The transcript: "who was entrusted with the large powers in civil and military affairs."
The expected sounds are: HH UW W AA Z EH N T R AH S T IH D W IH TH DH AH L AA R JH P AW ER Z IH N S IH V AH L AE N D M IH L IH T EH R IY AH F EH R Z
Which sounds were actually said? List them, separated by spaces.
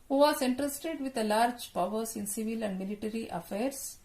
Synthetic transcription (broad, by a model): HH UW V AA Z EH N T R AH S T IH D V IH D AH L AA R JH P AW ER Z IH N S IH V AH L AE N D M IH L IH T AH R IY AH F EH R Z